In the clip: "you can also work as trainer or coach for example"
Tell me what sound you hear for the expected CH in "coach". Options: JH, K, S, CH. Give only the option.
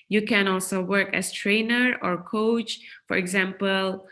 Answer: CH